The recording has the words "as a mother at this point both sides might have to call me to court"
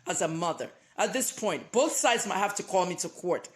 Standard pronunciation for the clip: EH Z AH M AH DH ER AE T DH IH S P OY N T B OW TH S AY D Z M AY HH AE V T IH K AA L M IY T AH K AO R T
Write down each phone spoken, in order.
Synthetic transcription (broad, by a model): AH Z AH M AH DH ER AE T DH IH S P OY N T B OW TH S AY D Z M AY HH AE F T IH K AA L M IY T AH K AO R T